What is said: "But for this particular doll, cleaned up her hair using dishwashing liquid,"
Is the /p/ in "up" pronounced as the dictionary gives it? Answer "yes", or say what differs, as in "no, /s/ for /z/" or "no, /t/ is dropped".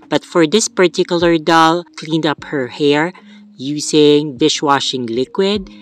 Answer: yes